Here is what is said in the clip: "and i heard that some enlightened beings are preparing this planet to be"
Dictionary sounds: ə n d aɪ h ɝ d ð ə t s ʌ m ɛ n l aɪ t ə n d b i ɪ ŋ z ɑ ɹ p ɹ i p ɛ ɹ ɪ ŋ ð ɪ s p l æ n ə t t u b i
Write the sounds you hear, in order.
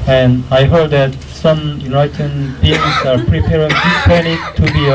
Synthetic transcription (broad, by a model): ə n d aɪ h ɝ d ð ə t s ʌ m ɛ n aɪ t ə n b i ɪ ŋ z ɑ ɹ p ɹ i p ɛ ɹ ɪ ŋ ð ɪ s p æ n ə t t u b i